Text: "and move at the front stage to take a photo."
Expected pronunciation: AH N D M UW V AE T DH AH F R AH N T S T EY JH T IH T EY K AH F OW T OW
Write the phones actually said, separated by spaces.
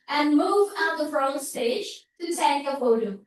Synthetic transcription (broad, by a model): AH N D M UW V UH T DH AH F R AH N S T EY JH T IH S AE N AH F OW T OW